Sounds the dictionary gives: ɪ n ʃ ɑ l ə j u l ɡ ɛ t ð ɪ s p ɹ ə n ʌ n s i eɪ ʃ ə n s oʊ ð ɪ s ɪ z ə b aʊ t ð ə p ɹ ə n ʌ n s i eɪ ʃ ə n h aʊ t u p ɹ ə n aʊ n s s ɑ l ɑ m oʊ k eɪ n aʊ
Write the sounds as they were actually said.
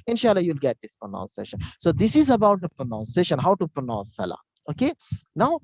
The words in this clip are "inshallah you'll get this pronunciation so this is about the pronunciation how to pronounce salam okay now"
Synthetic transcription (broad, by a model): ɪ n ʃ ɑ l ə j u l ɡ ɛ t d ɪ s p ɹ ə n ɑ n s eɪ ʃ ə n s oʊ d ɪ s ɪ z ə b aʊ t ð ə p ɹ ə n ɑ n s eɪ ʃ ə n h aʊ t u p ɹ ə n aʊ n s s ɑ l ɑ oʊ k eɪ n aʊ